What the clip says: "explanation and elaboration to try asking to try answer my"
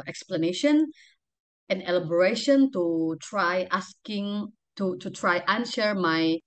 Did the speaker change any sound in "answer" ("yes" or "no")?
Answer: yes